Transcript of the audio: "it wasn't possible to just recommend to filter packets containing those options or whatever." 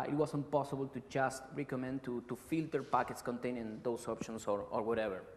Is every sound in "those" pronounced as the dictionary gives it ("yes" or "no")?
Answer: no